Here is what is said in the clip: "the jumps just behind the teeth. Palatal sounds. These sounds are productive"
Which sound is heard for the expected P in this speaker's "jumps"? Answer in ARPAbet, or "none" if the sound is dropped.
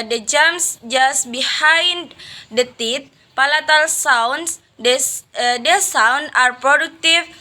none